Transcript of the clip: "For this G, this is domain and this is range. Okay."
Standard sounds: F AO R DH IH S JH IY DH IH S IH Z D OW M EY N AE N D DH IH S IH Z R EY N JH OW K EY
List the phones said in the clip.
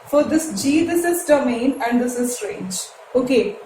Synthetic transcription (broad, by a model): F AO R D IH S JH IY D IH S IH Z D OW M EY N AE N D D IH S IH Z R EY N JH OW K EY